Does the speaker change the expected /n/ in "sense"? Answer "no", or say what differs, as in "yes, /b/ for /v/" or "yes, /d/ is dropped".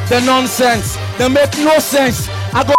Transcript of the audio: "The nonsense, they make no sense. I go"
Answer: no